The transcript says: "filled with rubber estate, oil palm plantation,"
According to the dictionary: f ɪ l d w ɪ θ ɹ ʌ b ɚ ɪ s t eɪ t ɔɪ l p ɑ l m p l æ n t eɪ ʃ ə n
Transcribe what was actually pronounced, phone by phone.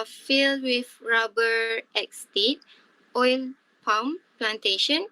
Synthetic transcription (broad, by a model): f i l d w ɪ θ ɹ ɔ b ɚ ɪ s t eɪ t ɔɪ l p ɑ w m p l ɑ n t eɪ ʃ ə n